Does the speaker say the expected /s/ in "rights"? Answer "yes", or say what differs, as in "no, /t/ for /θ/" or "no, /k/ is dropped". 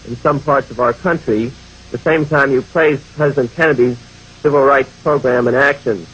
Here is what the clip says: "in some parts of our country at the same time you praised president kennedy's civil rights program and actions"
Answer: yes